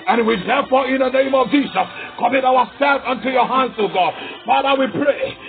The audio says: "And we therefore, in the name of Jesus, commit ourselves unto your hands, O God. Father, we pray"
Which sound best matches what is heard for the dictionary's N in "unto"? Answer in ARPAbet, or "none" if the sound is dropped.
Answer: N